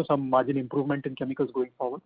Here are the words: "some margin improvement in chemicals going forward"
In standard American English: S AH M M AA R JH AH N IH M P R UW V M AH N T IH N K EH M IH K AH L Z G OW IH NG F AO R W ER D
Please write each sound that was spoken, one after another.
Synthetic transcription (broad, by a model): S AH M M AA R JH AH N IH M P R UW V M AH N T IH N K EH M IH K AH L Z G OW IH NG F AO R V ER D